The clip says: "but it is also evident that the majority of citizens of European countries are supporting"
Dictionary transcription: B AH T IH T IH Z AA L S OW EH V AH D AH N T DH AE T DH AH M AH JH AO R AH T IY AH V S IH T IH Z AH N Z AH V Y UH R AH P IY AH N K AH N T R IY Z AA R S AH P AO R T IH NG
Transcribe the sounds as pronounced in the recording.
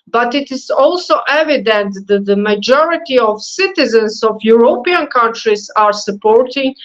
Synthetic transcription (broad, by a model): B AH T IH T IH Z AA L S OW EH V AH D AH N T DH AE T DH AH M AH JH AO R AH T IY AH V S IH T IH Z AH N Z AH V Y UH R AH P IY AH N K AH N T R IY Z AA R S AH P AO R T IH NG